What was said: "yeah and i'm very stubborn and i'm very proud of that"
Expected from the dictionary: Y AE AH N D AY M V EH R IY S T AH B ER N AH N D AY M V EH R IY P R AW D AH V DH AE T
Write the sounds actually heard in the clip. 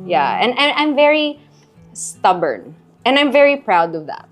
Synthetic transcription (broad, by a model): Y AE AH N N AY M V EH R IY S T AH B ER N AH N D AY M V EH R IY P R AW D AH V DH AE T